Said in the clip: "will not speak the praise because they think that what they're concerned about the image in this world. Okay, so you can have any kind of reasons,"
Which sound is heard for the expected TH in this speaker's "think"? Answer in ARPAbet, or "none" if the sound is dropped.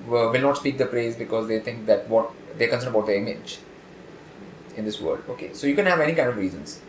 T